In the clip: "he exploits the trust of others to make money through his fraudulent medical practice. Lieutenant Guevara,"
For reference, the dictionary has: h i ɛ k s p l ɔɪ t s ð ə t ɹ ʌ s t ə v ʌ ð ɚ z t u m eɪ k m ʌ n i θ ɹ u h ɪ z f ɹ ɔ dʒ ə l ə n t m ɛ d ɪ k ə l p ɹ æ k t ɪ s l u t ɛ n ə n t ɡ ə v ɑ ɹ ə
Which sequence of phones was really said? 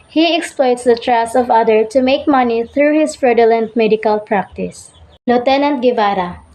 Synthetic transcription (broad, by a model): h i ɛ k s p l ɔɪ t s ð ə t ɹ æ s ə v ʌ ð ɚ t u m eɪ k m ʌ n i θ ɹ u h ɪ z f ɹ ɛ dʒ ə l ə n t m ɛ d ɪ k ə l p ɹ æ k t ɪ s l u t ɛ n ə n t ɡ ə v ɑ ɹ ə